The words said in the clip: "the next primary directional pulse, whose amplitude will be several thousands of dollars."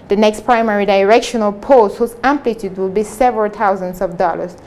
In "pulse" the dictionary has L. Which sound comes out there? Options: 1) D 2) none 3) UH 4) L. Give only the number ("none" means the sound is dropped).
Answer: 2